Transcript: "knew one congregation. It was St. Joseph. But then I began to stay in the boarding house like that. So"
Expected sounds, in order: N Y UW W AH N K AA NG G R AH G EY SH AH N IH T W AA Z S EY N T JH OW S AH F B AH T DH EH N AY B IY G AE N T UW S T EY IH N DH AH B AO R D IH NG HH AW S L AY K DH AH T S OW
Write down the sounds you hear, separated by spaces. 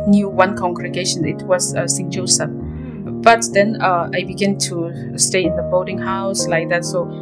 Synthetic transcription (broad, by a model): N Y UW W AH N K AA NG G R AH G EY SH AH N IH T W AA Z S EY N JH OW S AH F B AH T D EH N AY B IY G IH N T UW S T EY IH N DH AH B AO L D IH NG HH AW S L AY K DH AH T S OW